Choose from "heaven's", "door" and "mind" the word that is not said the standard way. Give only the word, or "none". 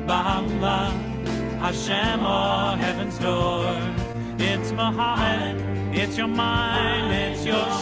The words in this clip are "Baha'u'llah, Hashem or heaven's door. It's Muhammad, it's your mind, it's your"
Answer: none